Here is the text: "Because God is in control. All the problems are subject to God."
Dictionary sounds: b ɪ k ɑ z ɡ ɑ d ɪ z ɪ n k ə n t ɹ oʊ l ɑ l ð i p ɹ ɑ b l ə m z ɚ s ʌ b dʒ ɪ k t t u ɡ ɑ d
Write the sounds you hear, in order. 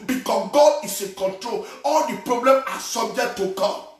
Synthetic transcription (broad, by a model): b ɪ k ɑ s ɡ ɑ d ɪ s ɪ k ə n t ɹ oʊ l ɑ l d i p ɹ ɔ b l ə m ɑ s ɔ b dʒ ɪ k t t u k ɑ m